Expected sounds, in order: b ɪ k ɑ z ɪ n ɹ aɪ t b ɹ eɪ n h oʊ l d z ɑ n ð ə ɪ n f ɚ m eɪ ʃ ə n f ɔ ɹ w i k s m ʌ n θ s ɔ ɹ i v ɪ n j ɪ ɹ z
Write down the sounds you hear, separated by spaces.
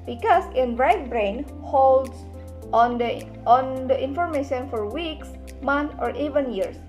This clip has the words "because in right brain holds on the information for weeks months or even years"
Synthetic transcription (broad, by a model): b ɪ k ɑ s ɪ n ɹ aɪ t b ɹ eɪ n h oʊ l d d ɑ n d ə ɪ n f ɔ m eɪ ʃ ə n f ɔ ɹ w i k s m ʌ n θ ɔ ɹ i v ɪ n j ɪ ɹ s